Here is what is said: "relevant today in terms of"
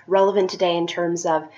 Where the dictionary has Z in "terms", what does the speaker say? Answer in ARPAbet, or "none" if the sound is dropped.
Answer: Z